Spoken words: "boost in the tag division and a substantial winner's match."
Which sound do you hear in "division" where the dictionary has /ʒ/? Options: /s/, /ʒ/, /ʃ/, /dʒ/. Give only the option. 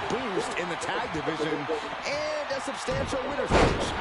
/ʒ/